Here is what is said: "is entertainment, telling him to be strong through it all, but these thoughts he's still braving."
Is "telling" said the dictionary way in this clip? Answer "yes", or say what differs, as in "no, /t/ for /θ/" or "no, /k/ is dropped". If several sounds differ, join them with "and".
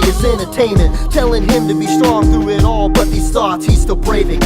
yes